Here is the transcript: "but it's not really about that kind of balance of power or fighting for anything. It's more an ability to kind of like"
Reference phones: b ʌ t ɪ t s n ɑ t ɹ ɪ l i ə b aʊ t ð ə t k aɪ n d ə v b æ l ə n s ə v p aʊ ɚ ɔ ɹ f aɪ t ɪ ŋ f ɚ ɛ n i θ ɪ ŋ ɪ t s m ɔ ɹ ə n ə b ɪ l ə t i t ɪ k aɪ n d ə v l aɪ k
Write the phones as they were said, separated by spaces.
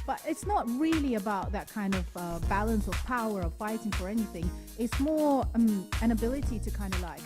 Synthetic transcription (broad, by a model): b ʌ t ɪ t s n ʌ t ɹ ɪ l i ə b aʊ t ð ə t k aɪ n d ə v b æ l ə n s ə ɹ p aʊ ɚ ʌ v f aɪ t ɪ ŋ f ɚ ɛ n i θ ɪ ŋ ɪ t s m ɔ ɹ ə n ə b ɪ l ə t i t ɪ k aɪ n d ə v l aɪ k